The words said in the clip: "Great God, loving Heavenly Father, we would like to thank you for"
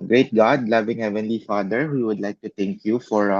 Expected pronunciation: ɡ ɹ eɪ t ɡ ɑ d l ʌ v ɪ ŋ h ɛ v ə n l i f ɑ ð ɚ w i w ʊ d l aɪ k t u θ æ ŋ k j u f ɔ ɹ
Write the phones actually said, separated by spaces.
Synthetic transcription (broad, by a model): ɡ ɹ eɪ t ɡ ɑ d l ʌ v ɪ ŋ h ɛ v ə n l i f ɑ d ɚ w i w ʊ d l aɪ k t u t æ ŋ k j u f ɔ ɹ